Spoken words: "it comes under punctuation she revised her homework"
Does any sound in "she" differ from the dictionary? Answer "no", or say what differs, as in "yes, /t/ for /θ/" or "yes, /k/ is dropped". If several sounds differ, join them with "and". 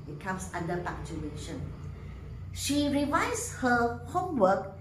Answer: no